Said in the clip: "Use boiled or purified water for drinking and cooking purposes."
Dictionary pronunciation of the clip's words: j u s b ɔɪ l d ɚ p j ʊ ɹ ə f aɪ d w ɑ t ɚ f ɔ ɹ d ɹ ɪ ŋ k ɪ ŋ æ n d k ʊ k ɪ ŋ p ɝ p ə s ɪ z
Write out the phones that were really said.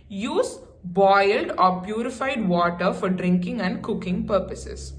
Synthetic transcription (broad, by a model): j u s b ɔɪ l d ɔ p j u ɹ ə f aɪ d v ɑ t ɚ f ɔ ɹ d ɹ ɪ ŋ k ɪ ŋ æ n d k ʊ k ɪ ŋ p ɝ p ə s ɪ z